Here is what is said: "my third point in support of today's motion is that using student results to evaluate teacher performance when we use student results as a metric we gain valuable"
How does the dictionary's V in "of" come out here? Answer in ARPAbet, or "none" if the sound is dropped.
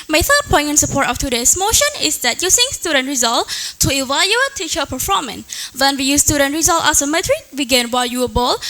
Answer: F